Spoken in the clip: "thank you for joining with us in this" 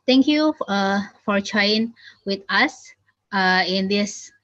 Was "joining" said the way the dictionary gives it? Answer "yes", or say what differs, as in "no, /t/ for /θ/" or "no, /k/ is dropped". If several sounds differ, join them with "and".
no, /n/ is dropped